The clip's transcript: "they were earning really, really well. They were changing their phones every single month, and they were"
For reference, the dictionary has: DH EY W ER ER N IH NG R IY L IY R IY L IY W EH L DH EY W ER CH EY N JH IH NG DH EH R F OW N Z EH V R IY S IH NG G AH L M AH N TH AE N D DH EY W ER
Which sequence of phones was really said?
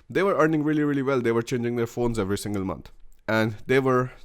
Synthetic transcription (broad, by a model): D EY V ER ER N IH NG R IY L IY R IY L IY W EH L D EY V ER CH EY N JH IH NG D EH R F OW N Z EH V R IY S IH NG G AH L M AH N T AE N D EY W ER